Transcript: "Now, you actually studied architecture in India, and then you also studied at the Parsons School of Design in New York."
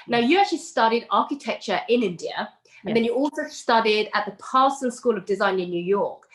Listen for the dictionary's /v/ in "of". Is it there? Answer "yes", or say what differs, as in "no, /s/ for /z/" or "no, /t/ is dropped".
yes